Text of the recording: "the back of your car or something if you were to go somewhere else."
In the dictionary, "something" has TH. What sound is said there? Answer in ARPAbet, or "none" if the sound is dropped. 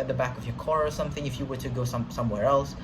TH